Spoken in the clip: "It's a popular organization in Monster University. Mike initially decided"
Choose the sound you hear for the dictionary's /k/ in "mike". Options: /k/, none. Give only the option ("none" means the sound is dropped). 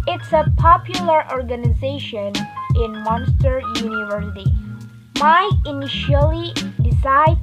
none